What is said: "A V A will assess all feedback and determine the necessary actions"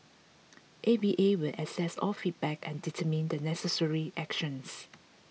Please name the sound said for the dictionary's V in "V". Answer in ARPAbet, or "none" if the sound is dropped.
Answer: B